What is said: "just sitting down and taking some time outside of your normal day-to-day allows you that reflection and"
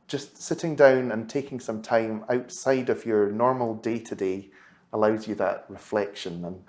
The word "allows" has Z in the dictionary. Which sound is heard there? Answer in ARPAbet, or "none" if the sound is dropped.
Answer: Z